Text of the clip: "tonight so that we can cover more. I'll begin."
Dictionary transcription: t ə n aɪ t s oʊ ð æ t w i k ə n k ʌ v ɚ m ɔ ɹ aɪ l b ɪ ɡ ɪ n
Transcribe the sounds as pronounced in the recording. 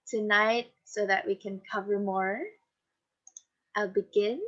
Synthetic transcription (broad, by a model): t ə n aɪ t s oʊ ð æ t w i k ə n k ʌ v ɚ m ɔ ɹ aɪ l b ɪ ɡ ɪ n